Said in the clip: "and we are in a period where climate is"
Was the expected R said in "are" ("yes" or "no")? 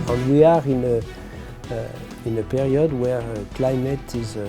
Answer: yes